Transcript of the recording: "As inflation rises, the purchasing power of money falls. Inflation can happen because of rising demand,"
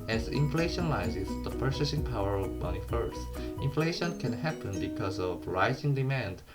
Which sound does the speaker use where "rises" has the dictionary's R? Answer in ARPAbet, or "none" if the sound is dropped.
L